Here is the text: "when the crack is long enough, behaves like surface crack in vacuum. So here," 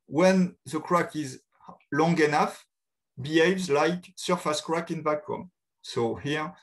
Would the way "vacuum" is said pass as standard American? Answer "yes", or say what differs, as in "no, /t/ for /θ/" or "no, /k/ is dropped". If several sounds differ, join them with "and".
no, /b/ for /v/